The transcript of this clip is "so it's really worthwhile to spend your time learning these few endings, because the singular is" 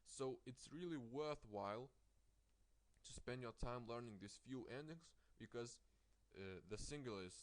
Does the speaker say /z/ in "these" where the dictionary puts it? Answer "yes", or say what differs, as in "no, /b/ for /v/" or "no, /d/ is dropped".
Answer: no, /s/ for /z/